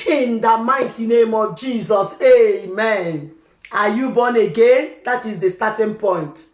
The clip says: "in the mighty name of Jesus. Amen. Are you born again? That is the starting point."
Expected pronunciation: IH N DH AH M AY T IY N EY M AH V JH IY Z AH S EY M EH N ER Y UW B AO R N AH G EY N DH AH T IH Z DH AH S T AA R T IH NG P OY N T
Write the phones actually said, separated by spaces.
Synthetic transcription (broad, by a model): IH N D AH M AY T IY N EY M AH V JH IY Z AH S EY M EH N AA Y UW B AO N AH G EY N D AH T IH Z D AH S T AA T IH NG P OY N T